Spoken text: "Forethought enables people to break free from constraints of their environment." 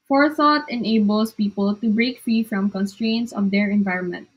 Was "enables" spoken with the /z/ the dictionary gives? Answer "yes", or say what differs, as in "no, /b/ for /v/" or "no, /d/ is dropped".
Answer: no, /s/ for /z/